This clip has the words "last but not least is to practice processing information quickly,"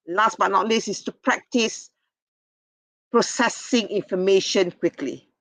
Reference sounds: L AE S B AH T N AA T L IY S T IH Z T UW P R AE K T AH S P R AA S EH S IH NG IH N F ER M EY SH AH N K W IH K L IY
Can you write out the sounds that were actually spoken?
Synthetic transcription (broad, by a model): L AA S B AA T N AA T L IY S IH S T UW P R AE K T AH S P R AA S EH S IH NG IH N F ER M EY SH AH N K W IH K L IY